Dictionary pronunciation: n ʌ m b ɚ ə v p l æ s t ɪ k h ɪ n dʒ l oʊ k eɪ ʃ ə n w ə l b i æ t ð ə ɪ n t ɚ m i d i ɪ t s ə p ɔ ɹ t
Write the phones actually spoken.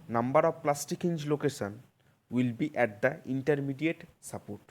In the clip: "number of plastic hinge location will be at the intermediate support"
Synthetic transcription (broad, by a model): n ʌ m b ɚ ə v p l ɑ s t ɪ k h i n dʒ l oʊ k eɪ ʃ ə n w ə l b i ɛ t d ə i n t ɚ m i d i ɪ t s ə p ɔ ɹ t